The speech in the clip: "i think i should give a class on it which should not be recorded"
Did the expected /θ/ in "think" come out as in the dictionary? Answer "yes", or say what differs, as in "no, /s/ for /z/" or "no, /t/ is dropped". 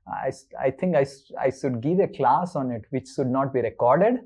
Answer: no, /t/ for /θ/